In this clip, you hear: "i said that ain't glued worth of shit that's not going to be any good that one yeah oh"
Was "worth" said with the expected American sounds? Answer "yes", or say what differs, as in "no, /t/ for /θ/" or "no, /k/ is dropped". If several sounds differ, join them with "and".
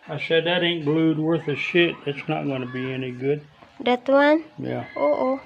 yes